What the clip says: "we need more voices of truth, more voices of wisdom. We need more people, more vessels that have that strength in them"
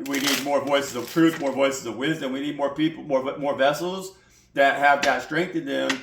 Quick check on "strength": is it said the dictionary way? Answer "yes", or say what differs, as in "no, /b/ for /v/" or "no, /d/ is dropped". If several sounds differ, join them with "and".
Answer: yes